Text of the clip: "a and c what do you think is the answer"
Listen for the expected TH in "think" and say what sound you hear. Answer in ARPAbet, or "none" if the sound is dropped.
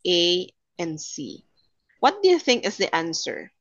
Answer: TH